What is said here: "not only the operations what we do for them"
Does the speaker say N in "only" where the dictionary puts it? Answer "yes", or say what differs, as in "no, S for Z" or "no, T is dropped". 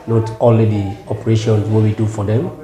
no, N is dropped